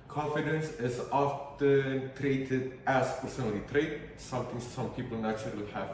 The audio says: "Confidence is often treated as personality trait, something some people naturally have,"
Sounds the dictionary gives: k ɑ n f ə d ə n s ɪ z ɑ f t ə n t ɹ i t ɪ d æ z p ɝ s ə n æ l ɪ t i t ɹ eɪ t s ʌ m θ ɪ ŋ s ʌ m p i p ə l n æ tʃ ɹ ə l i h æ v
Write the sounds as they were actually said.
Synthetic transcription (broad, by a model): k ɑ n f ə d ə n s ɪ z ɑ f t ə n t ɹ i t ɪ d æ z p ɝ s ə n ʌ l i t ɹ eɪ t s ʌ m t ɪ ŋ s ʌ m p i p ə l n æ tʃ ə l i h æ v